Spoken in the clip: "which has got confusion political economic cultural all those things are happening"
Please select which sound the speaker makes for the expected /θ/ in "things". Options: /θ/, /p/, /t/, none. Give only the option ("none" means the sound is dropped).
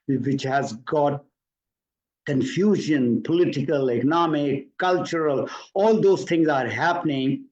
/t/